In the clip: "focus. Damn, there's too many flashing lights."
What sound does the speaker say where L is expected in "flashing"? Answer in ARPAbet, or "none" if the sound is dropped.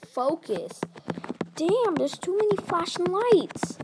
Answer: none